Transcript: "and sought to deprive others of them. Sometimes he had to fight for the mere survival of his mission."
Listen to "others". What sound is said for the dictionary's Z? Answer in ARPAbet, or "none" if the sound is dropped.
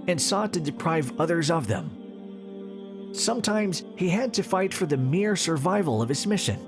Z